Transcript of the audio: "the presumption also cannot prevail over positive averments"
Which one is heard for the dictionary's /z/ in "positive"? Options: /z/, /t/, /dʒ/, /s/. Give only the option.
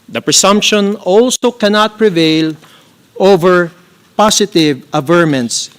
/s/